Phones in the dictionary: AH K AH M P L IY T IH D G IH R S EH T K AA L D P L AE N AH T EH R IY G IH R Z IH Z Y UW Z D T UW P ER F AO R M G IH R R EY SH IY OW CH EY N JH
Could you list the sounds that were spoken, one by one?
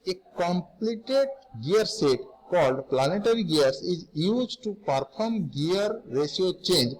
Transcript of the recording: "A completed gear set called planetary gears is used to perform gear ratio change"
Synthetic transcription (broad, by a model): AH K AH M P L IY T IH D G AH R S EH T K AA L D P L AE N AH T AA R IY G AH R S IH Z Y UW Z T UW P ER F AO R M G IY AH R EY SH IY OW CH EY N JH